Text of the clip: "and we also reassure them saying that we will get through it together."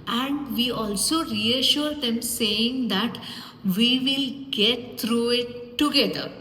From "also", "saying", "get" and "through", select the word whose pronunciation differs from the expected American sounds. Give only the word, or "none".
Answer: through